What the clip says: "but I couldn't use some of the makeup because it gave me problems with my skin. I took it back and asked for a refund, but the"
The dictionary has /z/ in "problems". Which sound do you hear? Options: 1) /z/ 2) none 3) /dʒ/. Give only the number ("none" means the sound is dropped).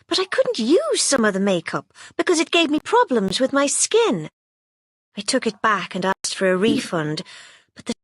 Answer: 1